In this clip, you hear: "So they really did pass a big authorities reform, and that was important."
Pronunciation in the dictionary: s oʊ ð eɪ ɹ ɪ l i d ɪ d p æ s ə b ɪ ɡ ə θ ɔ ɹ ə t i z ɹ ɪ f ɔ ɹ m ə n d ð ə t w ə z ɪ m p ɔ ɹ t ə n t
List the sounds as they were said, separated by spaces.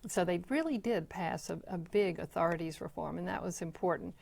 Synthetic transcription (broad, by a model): s oʊ ð eɪ ɹ ɪ l i d ɪ d p æ s ə b ɪ ɡ ə θ ɔ ɹ ə t i z ɹ ɪ f ɔ ɹ m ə n ð ə t w ə z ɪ m p ɔ ɹ t n t